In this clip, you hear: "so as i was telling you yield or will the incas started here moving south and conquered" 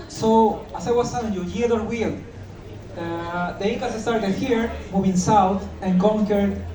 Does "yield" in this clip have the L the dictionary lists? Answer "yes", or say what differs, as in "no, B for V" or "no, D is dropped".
no, L is dropped